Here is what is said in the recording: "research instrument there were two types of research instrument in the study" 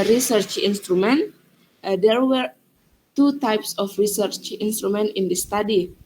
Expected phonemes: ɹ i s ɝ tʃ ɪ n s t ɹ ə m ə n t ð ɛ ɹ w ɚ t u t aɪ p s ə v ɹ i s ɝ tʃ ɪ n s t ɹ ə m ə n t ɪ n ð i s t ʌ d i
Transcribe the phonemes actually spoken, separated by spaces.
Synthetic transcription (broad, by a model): ɹ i s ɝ tʃ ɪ n s t ɹ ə m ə n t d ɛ ɹ w ɚ t u t aɪ p s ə f ɹ i s ɝ tʃ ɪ n s t ɹ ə m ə n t ɪ n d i s t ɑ d i